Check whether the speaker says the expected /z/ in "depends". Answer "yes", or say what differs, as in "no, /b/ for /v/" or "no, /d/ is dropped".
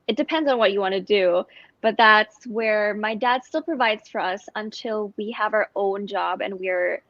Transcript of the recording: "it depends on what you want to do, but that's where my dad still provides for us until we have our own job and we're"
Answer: yes